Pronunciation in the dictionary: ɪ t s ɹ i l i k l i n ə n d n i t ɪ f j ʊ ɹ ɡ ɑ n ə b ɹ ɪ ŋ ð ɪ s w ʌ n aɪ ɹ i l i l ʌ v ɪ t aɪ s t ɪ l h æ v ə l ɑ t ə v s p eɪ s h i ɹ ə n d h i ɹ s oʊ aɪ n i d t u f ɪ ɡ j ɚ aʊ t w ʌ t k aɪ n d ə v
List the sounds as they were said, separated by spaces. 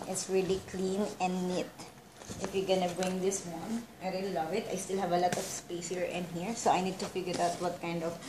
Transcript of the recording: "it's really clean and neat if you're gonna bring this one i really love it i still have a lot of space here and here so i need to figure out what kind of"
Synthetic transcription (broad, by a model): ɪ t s ɹ i l i k l i n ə n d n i t ɪ f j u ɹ ɡ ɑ n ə b ɹ ɪ ŋ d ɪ s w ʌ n aɪ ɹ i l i l ʌ v ɪ t aɪ s t ɪ l h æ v ə l ɑ t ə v s p eɪ s h i ɹ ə n h i ɹ s oʊ aɪ n i d t u f ɪ ɡ j ɚ aʊ t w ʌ t k aɪ n d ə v